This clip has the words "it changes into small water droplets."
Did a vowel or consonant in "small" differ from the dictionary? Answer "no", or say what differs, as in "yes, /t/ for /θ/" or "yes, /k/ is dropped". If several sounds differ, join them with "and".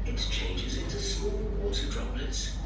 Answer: no